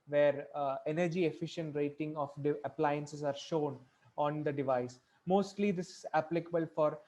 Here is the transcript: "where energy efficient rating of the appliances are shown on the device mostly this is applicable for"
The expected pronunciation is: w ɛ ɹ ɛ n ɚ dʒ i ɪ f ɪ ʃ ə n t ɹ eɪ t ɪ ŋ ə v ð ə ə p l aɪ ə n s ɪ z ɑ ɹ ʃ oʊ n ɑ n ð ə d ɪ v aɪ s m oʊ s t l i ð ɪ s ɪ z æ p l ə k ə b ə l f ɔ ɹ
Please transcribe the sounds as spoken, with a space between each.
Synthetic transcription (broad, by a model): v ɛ ɹ ɛ n ɚ dʒ i ɪ f ɪ ʃ ə n t ɹ eɪ t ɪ ŋ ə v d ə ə p l aɪ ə n s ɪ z ɑ ɹ ʃ oʊ n ɑ n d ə d ɪ v aɪ s m oʊ s t l i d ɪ s ɪ z æ p l ə k ə b ə l f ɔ ɹ